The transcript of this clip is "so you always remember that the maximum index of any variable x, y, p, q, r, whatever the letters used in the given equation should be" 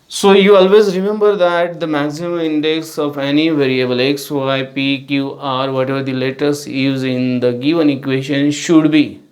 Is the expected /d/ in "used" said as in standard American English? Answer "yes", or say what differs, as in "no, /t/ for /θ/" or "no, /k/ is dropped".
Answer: no, /d/ is dropped